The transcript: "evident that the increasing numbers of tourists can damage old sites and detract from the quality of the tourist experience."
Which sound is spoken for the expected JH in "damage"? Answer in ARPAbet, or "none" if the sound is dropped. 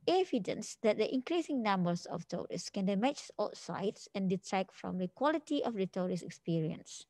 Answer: CH